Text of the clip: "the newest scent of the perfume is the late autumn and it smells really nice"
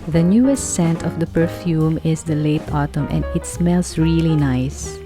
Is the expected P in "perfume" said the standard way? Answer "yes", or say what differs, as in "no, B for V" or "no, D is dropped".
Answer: yes